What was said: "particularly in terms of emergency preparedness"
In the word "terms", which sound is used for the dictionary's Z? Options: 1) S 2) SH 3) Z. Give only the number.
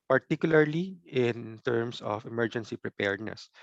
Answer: 1